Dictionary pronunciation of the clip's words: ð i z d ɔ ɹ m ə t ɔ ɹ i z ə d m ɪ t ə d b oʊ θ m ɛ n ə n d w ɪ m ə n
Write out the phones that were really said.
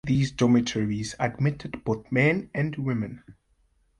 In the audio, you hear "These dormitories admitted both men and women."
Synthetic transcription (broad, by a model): ð i z d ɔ m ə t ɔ ɹ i z ə d m ɪ t ə d b oʊ θ m ɛ n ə n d w ɪ m ə n